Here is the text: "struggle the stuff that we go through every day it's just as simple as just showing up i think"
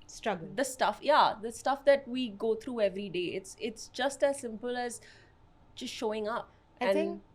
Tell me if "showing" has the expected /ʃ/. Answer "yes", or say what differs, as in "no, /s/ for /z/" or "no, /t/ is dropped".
yes